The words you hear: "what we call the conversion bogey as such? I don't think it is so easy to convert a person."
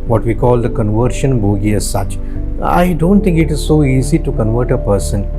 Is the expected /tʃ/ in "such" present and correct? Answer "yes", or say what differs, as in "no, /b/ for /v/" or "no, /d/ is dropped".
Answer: yes